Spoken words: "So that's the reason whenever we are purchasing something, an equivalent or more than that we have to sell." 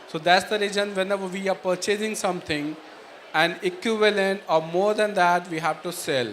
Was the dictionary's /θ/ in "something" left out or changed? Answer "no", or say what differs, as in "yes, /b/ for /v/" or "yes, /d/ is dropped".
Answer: yes, /t/ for /θ/